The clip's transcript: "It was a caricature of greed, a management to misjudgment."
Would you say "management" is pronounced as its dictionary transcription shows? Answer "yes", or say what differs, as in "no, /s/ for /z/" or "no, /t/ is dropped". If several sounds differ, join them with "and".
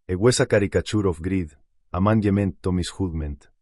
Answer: no, /dʒ/ is dropped